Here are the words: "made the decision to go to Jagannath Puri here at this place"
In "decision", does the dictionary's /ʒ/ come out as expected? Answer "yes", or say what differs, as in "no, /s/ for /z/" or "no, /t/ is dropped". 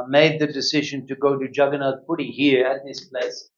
yes